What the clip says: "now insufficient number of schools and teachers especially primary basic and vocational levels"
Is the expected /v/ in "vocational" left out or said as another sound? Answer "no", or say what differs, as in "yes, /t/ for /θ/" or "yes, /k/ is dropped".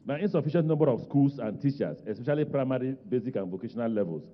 no